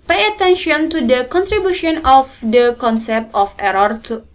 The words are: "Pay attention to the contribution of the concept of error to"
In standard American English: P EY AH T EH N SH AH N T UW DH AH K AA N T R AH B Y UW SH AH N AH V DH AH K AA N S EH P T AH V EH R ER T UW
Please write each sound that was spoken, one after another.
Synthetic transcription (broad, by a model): P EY AH T EH N SH AH N T UW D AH K AA N T R AH B Y UW SH AH N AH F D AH K AA N S EH P T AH F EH R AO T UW